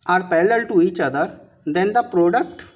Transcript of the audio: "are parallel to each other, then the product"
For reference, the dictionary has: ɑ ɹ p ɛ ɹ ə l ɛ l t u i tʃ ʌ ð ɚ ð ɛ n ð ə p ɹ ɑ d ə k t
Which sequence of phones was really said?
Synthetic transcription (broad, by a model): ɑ ɹ p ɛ l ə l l t u i tʃ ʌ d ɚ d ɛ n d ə p ɹ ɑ d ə k t